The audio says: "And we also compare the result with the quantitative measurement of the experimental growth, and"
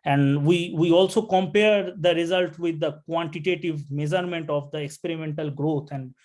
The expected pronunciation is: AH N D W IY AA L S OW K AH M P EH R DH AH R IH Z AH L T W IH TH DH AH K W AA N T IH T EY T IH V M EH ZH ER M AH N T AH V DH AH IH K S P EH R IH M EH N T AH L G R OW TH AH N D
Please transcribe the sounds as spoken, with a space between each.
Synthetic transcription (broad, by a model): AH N D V IY AA L S OW K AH M P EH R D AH R IH Z AH L T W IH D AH K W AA N T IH T EY T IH V M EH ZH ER M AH N T AH V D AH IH K S P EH R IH M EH N T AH L G R OW T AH N D